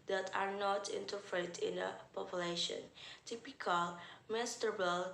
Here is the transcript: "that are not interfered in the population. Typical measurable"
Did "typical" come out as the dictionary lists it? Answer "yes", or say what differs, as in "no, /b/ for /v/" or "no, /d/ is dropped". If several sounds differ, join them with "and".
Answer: yes